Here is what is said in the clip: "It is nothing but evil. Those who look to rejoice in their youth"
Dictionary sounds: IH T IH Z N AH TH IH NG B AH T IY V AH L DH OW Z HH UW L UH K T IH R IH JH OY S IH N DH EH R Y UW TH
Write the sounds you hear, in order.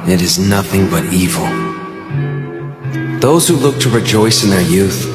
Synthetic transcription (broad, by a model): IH T IH Z N AH TH IH NG B AH T IY V L DH OW Z HH UW L UH K T IH R IH JH OY S IH N DH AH R Y UW TH